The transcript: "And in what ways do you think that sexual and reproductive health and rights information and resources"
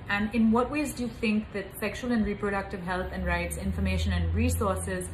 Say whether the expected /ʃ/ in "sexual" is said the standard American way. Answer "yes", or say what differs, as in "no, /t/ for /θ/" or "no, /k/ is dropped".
yes